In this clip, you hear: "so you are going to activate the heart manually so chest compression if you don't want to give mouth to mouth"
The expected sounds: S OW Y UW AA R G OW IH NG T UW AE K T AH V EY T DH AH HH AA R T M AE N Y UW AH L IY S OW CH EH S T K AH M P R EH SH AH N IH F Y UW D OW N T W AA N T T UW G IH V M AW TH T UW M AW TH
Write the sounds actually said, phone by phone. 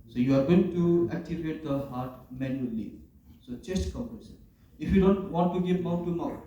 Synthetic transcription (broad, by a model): S OW Y UW AA R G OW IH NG T UW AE K T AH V EY T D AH HH AA R T M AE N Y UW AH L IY S OW CH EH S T K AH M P EH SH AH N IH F Y UW D OW N T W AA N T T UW G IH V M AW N T UW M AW